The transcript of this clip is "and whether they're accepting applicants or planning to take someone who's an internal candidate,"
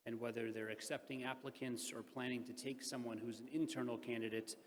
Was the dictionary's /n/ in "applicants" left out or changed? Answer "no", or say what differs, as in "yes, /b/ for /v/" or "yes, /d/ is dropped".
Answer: no